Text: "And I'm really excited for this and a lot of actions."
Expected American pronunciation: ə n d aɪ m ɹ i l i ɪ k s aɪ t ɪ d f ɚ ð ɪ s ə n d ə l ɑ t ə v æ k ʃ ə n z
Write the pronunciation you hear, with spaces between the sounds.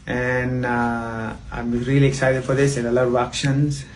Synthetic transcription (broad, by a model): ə n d aɪ m ɹ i l i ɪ k s aɪ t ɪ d f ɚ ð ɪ s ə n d ə l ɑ ə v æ k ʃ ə n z